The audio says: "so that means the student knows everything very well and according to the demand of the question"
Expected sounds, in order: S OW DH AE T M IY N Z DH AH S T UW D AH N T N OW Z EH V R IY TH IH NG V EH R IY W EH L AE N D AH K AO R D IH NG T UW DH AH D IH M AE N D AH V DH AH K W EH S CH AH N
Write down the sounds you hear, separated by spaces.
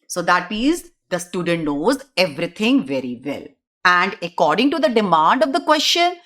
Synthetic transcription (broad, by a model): S OW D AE T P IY Z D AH S T UW D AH N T N OW Z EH V R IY T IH NG V EH R IY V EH L AE N D AH K AO R D IH NG T UW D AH D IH M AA N D AH V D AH K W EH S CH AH N